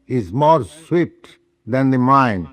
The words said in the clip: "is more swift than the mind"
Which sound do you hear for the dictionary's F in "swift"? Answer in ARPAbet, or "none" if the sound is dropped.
P